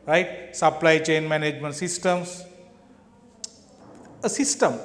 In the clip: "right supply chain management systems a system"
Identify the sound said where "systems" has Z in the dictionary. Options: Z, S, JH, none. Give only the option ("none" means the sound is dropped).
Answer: S